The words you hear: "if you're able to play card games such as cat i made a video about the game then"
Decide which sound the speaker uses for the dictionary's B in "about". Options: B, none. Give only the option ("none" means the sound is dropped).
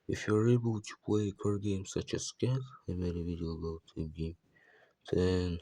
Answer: none